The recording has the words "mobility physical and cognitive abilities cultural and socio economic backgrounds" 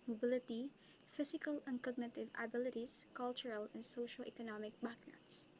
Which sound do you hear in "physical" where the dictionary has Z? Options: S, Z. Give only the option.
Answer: S